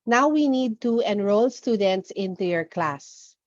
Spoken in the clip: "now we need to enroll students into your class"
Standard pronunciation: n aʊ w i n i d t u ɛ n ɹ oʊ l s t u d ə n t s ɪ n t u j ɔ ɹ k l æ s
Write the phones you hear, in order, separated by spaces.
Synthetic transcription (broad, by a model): n aʊ w i n i d t u ɛ n ɹ oʊ l s t u d ə n t s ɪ n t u j ɔ ɹ k l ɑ s